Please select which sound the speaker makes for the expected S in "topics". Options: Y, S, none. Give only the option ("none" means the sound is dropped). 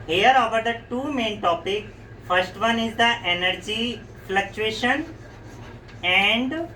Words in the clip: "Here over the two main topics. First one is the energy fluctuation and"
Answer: none